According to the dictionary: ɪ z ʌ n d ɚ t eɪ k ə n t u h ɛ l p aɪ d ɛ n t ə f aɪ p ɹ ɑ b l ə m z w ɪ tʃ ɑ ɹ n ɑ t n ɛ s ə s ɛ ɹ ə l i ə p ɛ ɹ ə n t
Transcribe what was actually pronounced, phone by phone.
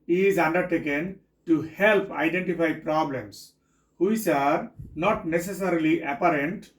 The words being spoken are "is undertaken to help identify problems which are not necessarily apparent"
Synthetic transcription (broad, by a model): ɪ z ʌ n d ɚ t eɪ k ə n t u h ɛ l p aɪ d ɛ n t ə f aɪ p ɹ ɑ b l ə m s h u s ɑ ɹ n ɑ t n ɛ s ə s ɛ ɹ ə l i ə p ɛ ɹ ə n t